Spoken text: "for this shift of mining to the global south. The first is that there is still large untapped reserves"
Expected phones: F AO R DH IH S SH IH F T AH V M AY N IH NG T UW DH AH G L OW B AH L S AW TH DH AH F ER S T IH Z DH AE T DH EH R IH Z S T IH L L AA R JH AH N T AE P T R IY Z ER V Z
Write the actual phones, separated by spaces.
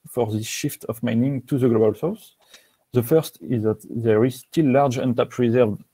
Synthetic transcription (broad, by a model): F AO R DH IH S SH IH F T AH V M AY N IH NG T UW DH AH G L OW B AH L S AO S DH AH F ER S T IH Z DH AE T DH EH R IH Z S T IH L L AA R JH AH N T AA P R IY Z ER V